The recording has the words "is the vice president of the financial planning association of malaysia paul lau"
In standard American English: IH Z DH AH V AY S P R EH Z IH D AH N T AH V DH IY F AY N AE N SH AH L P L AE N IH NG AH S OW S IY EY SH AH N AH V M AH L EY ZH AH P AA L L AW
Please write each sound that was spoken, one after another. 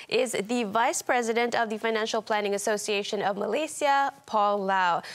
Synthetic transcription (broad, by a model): IH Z DH AH V AY S P R EH Z IH D AH N T AH V DH IY F AY N AE N SH AH L P L AE N IH NG AH S OW S IY EY SH AH N AH V M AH L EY S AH P AA L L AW